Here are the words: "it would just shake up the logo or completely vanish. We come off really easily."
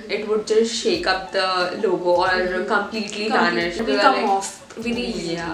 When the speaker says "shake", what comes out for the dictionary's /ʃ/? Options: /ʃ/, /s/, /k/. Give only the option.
/ʃ/